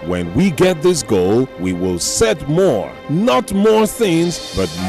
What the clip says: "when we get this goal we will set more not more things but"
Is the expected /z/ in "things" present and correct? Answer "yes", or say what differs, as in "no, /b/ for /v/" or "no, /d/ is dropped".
yes